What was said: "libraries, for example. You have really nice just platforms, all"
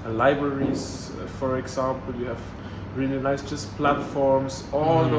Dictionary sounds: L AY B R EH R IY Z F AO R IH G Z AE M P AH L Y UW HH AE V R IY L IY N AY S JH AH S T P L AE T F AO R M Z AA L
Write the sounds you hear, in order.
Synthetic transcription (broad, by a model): L AY B R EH R IY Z F AO R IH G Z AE M P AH L Y UW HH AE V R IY N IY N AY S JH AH S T P L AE T F AO R M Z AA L